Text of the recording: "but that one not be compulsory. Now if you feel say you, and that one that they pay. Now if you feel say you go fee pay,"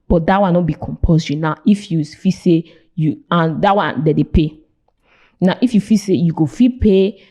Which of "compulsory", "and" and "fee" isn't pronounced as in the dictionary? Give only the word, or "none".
compulsory